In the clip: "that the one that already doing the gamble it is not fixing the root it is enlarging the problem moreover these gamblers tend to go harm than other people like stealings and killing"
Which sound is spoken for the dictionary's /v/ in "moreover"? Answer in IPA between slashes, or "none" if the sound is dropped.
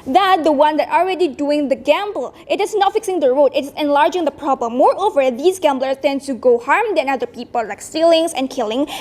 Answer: /v/